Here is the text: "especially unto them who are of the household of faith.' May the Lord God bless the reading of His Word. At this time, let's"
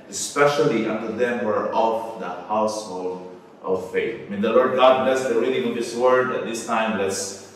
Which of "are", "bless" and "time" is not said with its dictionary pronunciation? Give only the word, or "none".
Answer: none